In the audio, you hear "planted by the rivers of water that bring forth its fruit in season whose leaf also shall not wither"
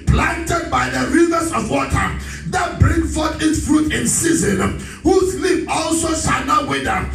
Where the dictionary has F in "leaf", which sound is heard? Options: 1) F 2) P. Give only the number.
2